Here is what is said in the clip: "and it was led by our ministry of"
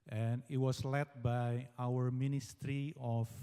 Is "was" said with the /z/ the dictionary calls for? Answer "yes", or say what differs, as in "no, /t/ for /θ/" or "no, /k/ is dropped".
no, /s/ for /z/